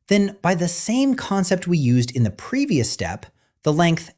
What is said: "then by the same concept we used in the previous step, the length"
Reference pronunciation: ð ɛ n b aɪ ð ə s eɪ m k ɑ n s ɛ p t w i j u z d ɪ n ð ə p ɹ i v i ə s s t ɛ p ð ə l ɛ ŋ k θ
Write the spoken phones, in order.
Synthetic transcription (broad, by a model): ð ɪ n b aɪ ð ə s eɪ m k ɑ n s ɛ p t w i j u z d ɪ n ð ə p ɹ i v i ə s s t ɛ p ð ə l ɛ ŋ k θ